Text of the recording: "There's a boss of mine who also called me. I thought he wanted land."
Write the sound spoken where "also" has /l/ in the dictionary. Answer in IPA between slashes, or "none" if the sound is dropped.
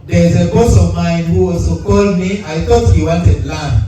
none